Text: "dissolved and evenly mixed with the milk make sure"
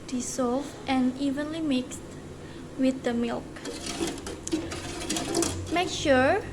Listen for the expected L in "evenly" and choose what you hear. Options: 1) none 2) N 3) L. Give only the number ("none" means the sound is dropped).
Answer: 3